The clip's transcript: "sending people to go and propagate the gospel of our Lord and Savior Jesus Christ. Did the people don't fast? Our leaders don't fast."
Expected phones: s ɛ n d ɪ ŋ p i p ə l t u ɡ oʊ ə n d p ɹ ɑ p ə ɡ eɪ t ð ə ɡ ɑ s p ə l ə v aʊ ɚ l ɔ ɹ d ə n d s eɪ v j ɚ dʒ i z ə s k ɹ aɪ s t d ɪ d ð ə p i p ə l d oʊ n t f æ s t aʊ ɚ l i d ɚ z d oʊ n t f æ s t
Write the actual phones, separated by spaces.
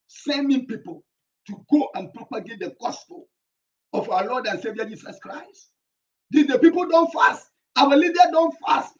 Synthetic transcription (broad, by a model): s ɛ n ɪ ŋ p i p ə l t u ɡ oʊ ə n p ɹ ɑ p ə ɡ eɪ t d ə ɡ ɑ s p ə l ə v aʊ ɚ l ɔ d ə n s eɪ v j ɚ dʒ i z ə s k ɹ aɪ s t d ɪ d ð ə p i p ə l d oʊ n t f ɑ s t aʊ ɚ l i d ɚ d oʊ n t f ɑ s t